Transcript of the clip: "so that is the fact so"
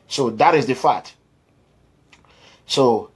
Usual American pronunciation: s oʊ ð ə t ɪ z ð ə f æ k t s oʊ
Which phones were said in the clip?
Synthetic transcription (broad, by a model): s oʊ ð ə t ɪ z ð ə f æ t s oʊ